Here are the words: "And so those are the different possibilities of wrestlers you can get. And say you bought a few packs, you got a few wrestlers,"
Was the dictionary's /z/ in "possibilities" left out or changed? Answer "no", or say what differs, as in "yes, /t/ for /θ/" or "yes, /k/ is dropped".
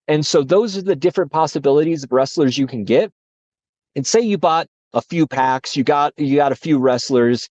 no